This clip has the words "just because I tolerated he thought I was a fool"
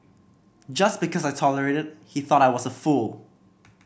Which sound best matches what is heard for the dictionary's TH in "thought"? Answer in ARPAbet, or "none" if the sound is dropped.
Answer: TH